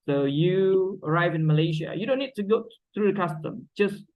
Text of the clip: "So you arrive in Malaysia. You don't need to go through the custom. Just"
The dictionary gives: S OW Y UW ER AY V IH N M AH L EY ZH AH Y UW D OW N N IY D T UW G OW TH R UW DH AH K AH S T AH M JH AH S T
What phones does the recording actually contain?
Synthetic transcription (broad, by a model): S OW Y UW ER AY V IH N M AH L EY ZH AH Y UW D OW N N IY D T UW G OW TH R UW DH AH K AH S T AH M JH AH S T